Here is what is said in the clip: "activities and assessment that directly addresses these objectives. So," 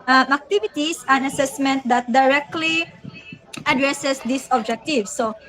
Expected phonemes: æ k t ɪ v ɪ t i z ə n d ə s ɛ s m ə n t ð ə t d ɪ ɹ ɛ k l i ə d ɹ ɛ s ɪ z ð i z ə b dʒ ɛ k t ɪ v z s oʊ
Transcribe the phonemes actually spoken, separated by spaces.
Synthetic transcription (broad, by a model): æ k t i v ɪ t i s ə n ə s ɛ s m ə n t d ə t d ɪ ɹ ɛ k l i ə d ɹ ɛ s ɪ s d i s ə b dʒ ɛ k t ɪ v s oʊ